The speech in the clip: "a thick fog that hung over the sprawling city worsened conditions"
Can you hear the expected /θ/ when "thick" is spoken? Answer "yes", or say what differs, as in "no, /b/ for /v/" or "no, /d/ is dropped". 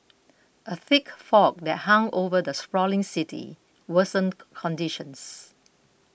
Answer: yes